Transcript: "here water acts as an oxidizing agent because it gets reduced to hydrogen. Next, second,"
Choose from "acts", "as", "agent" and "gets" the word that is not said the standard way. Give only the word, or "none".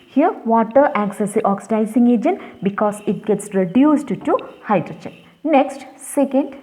as